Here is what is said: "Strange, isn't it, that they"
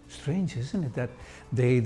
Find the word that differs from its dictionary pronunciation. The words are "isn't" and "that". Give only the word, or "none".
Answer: none